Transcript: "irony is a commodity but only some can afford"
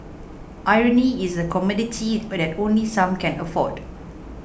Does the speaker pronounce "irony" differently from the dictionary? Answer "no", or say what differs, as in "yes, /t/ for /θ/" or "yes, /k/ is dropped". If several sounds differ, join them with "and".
no